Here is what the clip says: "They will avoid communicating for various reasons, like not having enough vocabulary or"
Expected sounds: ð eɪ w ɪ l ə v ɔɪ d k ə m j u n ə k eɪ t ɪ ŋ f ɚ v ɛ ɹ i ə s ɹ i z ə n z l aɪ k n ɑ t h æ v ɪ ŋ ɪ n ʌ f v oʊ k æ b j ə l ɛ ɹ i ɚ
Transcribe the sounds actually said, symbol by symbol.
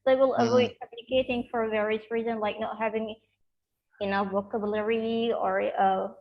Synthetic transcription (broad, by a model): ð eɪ w ɪ l ə v ɔɪ d k ə m j u n ə k eɪ t ɪ ŋ f ɚ v ɛ ɹ i ə s ɹ i z ə n z l aɪ k n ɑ t h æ v ɪ ŋ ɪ n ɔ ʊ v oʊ k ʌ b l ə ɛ ɹ i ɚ